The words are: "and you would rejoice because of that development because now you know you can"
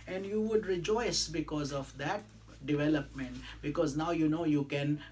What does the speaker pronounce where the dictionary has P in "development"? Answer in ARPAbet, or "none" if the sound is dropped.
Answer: P